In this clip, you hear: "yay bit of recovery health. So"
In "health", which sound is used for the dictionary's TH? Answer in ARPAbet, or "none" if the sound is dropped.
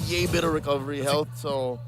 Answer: TH